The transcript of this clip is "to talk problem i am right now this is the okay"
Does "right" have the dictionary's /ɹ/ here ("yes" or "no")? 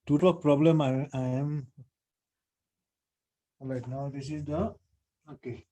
no